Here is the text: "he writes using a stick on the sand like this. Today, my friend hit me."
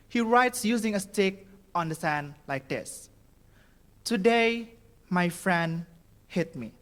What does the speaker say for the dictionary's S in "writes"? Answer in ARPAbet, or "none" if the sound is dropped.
S